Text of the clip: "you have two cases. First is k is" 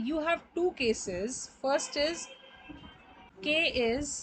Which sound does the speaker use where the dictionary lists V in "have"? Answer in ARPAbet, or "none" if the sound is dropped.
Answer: V